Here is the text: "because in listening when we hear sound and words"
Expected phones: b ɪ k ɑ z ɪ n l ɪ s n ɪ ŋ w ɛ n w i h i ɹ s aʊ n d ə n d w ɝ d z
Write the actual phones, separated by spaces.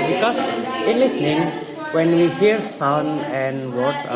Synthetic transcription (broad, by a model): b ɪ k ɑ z ɪ n l ɪ s n ɪ ŋ w ɛ n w i h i ɹ s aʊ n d ə n d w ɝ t